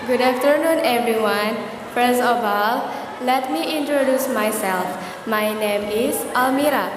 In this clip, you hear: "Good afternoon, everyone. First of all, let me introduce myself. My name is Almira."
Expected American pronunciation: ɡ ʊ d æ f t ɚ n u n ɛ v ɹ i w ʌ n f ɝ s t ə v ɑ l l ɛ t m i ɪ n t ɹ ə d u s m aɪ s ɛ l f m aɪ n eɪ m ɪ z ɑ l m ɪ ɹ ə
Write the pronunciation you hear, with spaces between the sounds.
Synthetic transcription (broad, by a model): ɡ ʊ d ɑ f t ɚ n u n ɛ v ɹ i w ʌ n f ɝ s ə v ɑ l l ɛ t m i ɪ n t ɹ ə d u s m aɪ s ɛ l f m aɪ n eɪ m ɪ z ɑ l m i ɹ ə